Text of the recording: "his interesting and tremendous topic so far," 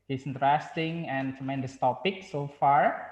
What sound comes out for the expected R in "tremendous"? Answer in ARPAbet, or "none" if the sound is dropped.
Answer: none